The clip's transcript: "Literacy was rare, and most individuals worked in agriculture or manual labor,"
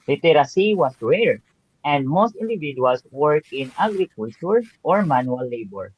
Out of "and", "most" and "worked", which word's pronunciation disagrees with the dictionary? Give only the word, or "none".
worked